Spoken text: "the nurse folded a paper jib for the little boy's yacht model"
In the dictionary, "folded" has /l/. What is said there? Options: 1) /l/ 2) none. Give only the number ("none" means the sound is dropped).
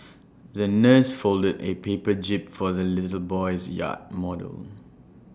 1